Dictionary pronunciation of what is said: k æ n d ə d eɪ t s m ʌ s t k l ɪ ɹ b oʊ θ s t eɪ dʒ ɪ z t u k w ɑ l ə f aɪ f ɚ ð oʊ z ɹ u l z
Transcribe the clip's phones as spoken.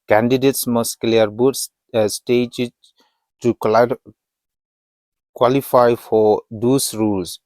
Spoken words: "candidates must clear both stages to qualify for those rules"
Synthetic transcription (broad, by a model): k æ n d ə d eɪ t s m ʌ s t k l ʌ ɹ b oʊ s s t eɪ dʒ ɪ t u k w ɑ l ə f aɪ f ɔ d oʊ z ɹ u l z